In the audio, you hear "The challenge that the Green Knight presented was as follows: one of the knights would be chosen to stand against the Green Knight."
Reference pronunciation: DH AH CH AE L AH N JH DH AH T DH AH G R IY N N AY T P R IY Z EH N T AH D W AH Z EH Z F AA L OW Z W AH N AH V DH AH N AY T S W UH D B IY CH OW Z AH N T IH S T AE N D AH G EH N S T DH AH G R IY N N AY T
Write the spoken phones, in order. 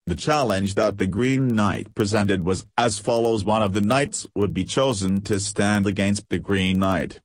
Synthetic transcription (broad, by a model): DH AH CH AE L AH N JH DH AH T DH AH G R IY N N AY T P R IY Z EH N T AH D W AH Z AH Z F AA L OW Z W AH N AH V DH AH N AY T S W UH D B IY CH OW Z AH N T IH S T AE N D AH G EH N S T DH AH G R IY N N AY T